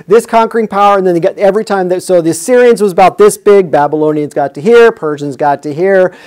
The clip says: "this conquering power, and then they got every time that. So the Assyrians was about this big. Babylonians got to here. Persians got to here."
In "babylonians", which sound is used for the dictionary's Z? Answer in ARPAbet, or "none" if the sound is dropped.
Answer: Z